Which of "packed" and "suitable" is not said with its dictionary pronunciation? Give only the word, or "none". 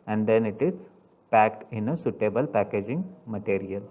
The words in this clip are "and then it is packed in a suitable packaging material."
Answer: none